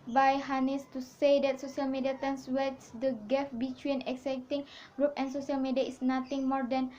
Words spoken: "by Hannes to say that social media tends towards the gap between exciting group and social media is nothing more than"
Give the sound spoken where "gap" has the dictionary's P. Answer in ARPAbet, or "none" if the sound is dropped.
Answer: F